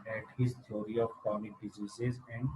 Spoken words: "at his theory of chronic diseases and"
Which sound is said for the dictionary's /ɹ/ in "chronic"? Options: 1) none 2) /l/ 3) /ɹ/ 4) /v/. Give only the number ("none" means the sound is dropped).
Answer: 1